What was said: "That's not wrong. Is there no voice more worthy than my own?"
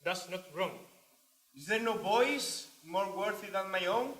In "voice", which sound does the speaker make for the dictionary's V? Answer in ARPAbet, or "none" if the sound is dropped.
B